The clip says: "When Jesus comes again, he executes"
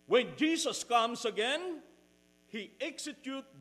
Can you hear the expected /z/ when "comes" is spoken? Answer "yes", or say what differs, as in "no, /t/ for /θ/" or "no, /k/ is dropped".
no, /s/ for /z/